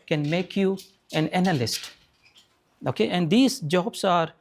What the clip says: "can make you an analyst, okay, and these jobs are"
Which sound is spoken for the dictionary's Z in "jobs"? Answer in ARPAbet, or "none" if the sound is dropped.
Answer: S